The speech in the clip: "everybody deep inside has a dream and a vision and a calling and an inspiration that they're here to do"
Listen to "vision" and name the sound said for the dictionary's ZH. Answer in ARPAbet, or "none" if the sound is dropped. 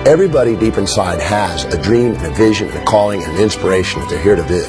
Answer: ZH